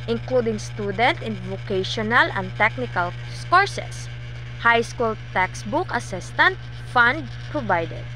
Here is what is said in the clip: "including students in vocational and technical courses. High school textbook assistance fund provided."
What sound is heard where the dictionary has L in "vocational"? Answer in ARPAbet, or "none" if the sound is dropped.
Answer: L